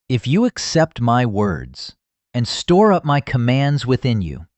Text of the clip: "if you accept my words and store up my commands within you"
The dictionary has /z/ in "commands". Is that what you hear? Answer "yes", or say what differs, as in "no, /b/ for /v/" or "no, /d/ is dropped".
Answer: yes